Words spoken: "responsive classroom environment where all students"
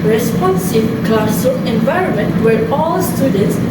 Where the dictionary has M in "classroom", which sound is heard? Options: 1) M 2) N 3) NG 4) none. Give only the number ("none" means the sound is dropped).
4